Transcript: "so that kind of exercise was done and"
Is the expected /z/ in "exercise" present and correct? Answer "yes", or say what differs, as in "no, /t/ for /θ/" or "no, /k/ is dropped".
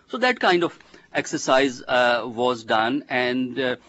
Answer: yes